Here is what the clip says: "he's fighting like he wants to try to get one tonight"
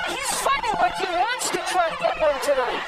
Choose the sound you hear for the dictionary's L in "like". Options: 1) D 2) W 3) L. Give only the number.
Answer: 2